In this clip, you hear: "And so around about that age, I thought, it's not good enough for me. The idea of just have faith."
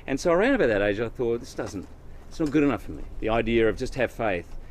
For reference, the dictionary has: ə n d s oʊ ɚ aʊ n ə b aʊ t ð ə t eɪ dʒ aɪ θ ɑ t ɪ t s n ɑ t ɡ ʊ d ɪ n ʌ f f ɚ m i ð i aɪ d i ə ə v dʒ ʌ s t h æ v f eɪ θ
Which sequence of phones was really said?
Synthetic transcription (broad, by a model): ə n s oʊ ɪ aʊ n ə b aʊ t ð ə t eɪ dʒ aɪ θ ɑ t ɪ t s n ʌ t ɡ ʊ d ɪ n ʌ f f ɚ m i ð i aɪ d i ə ə v dʒ ʌ s t h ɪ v f eɪ θ